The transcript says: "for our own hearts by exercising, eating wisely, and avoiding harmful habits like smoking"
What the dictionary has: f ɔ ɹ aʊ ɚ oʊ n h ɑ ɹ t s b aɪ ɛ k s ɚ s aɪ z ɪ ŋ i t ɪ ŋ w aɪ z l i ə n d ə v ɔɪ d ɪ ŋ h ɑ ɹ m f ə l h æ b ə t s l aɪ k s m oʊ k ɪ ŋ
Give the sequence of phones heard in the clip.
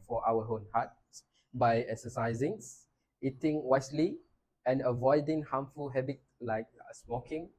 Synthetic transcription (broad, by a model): f ɔ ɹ aʊ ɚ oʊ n h ɑ t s b aɪ ɛ k s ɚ s aɪ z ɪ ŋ i t ɪ ŋ w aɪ s l i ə n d ə v ɔɪ d ɪ ŋ h ɑ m f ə l h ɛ b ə t l aɪ k s m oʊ k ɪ ŋ